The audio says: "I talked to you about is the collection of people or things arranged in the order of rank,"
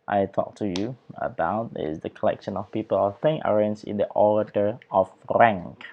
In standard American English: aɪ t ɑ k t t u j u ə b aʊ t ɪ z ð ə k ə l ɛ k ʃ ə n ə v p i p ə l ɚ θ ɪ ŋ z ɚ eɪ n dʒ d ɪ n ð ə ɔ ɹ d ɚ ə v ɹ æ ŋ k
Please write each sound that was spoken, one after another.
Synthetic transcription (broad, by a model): aɪ t ɑ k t t u j u ə b aʊ t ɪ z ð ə k ə l ɛ k ʃ ə n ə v p i p ə l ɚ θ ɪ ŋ ɚ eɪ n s ɪ n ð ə ɔ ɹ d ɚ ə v ɹ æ ŋ k